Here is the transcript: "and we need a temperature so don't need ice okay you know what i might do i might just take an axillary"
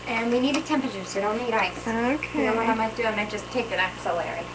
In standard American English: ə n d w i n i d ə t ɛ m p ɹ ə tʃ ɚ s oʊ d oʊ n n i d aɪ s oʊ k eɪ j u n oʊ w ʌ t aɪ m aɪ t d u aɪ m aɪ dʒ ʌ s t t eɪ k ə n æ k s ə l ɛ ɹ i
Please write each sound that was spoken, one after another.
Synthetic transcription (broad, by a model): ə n w i n i d ə t ɛ m p ɹ ə tʃ ɚ s oʊ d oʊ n n i d aɪ s oʊ k eɪ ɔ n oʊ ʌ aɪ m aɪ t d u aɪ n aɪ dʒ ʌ s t t eɪ k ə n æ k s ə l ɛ ɹ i